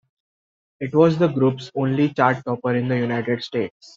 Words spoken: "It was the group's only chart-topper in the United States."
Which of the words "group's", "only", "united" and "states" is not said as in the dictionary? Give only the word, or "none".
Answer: none